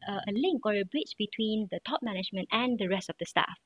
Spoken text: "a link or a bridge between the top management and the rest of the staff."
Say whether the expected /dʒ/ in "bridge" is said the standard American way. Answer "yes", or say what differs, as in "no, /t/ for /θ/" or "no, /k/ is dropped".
no, /tʃ/ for /dʒ/